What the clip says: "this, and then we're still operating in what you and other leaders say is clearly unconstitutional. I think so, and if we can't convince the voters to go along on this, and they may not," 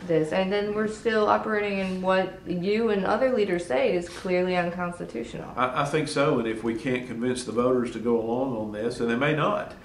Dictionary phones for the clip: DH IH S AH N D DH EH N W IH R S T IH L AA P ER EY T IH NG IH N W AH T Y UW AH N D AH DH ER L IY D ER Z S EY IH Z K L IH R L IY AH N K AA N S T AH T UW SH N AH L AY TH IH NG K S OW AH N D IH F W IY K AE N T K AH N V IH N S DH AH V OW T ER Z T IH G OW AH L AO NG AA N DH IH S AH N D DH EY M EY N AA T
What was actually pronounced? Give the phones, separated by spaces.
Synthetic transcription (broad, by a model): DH IH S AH N DH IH N W IH R S T IH L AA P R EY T IH NG IH N W AH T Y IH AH N AH DH ER L IY D ER Z S EY IH Z K L IH R L IY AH N K AA N S T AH T UW SH N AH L AY TH IH NG K S OW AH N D IH F W IY K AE N K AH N V IH N S DH AH V OW T ER Z T IH G OW AH L AO NG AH N DH IH S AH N DH EY M EY N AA T